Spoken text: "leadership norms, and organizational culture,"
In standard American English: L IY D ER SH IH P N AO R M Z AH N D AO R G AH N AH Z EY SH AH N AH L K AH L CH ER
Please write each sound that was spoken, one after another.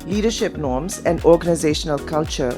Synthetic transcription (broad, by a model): L IY D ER SH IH P N AO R M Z AH N D AO R G AH N AH Z EY SH AH N AH L K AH L CH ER